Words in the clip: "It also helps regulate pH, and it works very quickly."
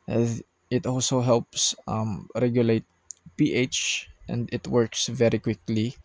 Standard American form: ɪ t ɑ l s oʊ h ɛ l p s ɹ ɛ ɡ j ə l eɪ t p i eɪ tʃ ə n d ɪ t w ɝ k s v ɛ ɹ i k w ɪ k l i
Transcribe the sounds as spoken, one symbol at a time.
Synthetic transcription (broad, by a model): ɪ t ɑ l s oʊ h ɛ l p s ɹ ɛ ɡ j ə l eɪ t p i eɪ tʃ ə n d ɪ t w ɝ k s v ɛ ɹ i k w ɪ k l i